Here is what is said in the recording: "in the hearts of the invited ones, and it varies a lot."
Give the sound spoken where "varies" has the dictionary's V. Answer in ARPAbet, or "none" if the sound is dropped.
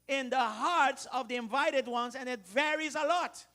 V